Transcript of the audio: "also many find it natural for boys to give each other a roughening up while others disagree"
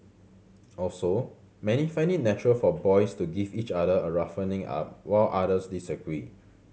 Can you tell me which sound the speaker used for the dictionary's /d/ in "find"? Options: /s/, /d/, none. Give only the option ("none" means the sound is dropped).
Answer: none